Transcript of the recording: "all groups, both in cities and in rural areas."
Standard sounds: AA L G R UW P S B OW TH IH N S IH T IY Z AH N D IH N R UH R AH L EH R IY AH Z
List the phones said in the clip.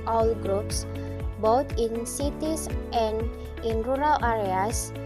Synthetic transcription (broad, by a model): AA L G R UW P S B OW T IH N S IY T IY S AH N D IH N R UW R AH L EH R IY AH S